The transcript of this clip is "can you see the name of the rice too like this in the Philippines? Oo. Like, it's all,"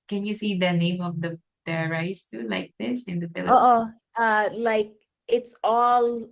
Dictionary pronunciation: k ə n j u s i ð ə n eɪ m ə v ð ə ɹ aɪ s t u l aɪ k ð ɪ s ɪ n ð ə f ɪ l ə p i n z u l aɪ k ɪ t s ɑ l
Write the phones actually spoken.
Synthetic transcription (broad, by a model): k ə n j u s i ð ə n eɪ m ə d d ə ɹ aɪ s t u l aɪ k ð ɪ s ɪ n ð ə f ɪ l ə ɔ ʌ l aɪ k ɪ t s ɑ l